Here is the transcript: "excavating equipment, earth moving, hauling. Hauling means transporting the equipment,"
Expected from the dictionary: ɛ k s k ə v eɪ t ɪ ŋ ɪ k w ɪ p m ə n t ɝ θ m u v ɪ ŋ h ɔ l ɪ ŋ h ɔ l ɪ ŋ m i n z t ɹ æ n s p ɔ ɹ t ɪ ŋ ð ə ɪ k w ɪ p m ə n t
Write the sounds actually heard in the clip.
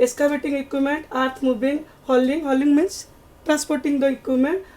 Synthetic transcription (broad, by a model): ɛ s k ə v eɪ t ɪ ŋ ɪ k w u m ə n t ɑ t m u b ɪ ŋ h ɔ l ɪ ŋ h ɔ l ɪ ŋ m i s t ɹ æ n s p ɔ ɹ t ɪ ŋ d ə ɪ k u m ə n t